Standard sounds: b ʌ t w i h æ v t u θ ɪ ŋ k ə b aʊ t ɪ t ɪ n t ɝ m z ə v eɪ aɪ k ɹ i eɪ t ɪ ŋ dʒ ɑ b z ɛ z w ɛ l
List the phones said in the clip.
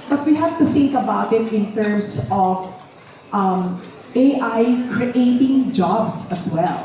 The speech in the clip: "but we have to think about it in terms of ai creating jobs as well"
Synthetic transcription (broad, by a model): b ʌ t w i h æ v t u θ ɪ ŋ k ə b aʊ t ɪ t ɪ n t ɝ m s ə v eɪ aɪ k ɹ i eɪ t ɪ ŋ dʒ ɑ b s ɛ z w ɛ l